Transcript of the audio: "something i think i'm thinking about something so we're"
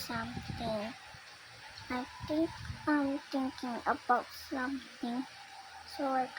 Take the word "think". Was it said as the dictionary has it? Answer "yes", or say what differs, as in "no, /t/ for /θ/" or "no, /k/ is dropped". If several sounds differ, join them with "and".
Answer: no, /t/ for /θ/